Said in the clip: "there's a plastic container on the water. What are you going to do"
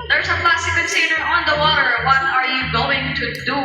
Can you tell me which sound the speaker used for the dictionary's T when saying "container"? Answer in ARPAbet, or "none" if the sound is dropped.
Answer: S